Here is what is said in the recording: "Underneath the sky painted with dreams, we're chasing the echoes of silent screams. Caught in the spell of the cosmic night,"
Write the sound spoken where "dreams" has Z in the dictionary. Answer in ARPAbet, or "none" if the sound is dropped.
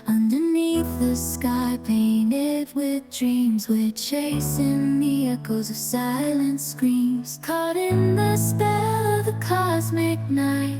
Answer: Z